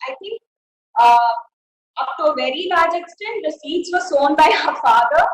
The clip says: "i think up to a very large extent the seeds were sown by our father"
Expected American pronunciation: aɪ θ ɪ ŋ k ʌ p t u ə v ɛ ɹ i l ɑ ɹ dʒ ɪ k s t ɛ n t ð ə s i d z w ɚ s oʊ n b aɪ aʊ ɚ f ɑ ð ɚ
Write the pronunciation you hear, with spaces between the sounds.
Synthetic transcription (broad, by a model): aɪ t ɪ ŋ k ʌ p t u ə v ɛ ɹ i l ɑ ɹ dʒ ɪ k s t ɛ n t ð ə s i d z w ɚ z oʊ n b aɪ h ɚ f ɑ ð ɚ